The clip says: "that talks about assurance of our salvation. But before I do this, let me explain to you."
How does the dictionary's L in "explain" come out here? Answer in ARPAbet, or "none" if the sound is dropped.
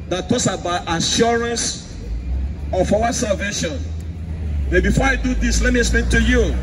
none